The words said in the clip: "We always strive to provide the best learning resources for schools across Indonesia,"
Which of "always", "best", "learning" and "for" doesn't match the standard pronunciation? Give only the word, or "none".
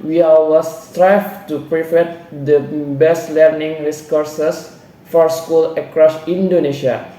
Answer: always